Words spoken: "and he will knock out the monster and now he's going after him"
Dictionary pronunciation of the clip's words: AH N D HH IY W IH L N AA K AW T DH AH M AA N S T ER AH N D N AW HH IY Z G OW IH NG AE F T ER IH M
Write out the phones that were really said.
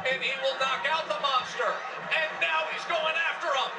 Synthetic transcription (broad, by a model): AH N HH IY W IH L N AA K AW T DH AH M AA N S T ER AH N N AW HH IY Z G OW IH NG AE F T ER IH M